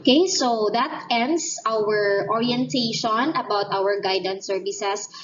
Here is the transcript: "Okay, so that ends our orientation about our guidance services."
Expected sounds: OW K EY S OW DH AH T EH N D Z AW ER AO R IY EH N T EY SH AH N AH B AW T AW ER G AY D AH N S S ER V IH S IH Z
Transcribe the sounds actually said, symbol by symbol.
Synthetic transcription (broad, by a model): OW K EY S OW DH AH T EH N D S AW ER AO R IY EH N T EY SH AH N AH B AW T AW ER G AY D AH N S S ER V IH S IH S